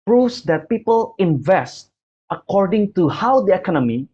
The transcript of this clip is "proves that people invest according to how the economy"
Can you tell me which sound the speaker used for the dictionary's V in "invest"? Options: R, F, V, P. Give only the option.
V